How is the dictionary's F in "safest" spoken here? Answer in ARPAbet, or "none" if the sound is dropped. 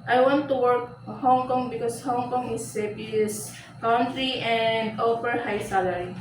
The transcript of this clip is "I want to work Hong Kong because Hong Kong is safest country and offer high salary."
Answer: P